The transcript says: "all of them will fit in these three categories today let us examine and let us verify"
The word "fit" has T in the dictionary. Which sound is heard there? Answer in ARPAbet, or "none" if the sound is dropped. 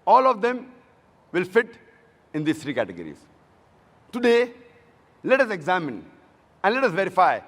T